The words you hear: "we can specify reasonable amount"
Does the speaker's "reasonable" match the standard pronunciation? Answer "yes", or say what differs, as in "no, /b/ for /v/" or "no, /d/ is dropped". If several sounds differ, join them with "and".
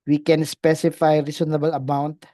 no, /s/ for /z/